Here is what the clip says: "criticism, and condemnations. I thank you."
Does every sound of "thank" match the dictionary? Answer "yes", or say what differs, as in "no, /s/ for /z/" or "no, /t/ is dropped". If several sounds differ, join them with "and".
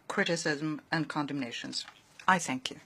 yes